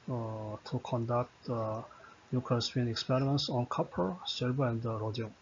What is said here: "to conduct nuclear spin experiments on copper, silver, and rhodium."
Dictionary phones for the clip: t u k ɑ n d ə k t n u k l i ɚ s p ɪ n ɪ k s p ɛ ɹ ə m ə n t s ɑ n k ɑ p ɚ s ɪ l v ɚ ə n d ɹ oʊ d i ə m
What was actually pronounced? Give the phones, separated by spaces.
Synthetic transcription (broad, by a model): t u k ɑ n d ə k t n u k i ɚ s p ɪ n ɪ k s p ɛ ɹ ə m ə n t s ɑ n k ɑ p ɚ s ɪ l b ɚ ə n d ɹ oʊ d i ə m